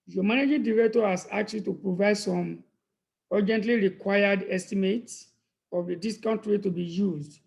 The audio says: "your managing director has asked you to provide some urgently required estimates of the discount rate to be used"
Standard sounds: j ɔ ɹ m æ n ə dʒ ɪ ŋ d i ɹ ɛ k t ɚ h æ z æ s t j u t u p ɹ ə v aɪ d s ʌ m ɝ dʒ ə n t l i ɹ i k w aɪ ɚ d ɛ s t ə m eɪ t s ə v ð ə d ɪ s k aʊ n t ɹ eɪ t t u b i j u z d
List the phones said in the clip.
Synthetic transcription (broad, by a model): j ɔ m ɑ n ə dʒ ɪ d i ɹ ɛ k t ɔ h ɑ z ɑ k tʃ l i t u p ɹ ə v aɪ d s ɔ m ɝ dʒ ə n t l i ɹ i k w aɪ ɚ d ɛ s t ə m eɪ t s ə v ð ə d ɪ s k aʊ n t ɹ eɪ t t u b i j u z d